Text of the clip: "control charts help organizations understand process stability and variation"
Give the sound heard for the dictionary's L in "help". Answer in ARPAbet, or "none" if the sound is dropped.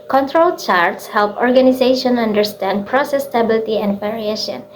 L